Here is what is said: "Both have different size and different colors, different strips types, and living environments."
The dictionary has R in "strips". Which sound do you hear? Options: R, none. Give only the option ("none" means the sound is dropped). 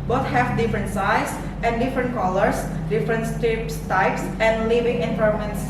none